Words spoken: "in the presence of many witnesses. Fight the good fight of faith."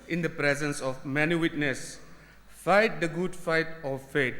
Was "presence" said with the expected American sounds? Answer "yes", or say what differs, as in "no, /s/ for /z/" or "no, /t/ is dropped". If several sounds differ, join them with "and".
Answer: yes